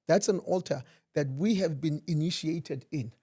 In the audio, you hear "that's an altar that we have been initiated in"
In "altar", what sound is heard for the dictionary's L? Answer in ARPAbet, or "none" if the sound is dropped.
L